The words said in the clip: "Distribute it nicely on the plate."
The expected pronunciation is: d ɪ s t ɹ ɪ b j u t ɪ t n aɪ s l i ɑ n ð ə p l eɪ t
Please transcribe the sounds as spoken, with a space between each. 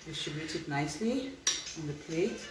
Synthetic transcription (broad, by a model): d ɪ s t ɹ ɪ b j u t ɪ t n aɪ s l i ɑ n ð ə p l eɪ